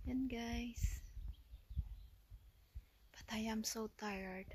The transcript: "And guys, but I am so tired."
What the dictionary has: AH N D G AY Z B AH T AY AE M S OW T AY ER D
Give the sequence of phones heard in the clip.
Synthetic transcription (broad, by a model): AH N G AY S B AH T AY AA M S OW T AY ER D